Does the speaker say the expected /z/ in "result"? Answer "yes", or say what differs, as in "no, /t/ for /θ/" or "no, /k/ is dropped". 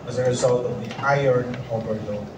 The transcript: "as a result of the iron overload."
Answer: yes